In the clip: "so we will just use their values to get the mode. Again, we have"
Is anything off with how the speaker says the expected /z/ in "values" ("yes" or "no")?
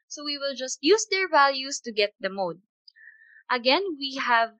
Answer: yes